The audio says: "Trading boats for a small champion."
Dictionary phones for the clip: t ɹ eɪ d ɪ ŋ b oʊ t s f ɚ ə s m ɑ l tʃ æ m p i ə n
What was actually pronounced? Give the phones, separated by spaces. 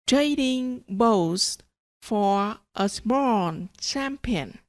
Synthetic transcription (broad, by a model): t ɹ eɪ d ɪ ŋ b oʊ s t f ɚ ə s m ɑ n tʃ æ m p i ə n